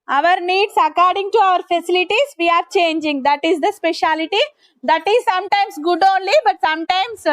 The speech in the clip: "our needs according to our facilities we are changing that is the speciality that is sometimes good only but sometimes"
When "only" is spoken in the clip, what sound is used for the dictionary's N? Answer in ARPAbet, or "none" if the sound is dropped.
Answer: N